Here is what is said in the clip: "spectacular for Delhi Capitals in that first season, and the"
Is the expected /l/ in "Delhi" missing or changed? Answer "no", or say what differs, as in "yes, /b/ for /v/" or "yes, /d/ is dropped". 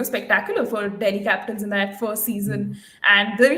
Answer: yes, /n/ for /l/